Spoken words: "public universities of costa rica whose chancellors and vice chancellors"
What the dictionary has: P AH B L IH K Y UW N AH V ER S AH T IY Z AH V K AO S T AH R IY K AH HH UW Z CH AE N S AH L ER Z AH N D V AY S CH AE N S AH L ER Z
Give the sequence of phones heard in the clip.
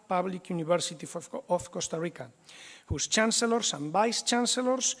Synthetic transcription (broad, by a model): P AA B L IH K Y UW N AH B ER S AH T IY AH F K AO S T AH R IY K AH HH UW S CH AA N S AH L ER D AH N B AY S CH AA N S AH L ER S